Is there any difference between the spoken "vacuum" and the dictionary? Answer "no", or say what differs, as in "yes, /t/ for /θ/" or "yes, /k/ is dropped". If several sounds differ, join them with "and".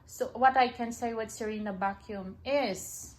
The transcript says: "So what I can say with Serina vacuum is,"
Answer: yes, /b/ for /v/